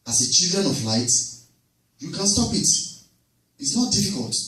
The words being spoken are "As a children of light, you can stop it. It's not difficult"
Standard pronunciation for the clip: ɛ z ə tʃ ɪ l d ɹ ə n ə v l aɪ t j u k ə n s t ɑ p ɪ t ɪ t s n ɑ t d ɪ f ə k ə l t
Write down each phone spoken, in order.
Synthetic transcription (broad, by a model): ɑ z ə tʃ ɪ l d ɹ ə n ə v l aɪ t j u k ə n s t ɑ p ɪ t ɪ t s n ɑ t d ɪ f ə k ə l t